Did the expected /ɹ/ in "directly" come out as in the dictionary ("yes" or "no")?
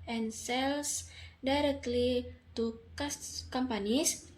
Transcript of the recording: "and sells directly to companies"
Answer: yes